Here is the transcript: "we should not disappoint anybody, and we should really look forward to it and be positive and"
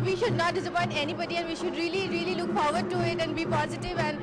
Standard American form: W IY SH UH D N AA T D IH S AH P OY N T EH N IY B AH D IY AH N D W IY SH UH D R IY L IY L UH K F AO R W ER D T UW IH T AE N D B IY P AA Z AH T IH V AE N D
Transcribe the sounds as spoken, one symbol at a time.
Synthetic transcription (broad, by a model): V IY SH UH D N AA T D IH S AH P OY N T EH N IY B AH D IY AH N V IY SH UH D R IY L IY L UH K F AO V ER D T UW IH T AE N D B IY P AA Z AH T IH V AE N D